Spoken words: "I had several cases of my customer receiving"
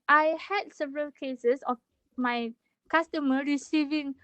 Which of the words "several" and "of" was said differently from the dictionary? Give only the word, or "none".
of